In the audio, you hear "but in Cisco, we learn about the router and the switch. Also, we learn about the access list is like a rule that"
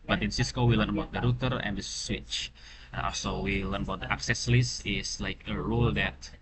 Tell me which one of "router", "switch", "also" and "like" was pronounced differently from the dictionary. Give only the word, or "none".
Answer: none